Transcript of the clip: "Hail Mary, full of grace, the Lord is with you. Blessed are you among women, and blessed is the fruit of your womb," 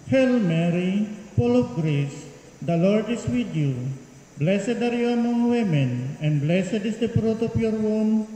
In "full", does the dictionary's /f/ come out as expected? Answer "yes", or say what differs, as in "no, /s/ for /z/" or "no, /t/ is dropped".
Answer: no, /p/ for /f/